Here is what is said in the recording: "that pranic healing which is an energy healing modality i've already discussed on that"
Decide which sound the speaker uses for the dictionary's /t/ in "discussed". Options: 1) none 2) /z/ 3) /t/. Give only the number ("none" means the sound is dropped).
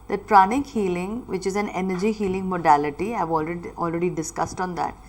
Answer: 3